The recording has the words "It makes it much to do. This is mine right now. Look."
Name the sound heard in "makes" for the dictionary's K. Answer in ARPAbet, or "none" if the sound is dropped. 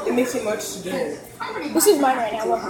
none